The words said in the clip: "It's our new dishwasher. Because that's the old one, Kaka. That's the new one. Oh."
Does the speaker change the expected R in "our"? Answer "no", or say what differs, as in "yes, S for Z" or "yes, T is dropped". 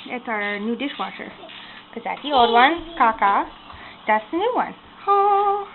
no